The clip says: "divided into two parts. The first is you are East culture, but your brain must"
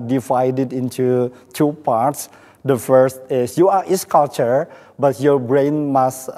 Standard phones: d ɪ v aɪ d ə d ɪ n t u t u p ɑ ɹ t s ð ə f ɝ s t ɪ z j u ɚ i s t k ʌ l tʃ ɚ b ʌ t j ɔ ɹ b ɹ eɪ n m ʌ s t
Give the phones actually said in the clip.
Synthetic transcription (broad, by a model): d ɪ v aɪ d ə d ɪ n t u t u p ɑ ɹ t s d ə f ɝ s t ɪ s j u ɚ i s k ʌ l tʃ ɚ b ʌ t j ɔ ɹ b ɹ eɪ n m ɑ s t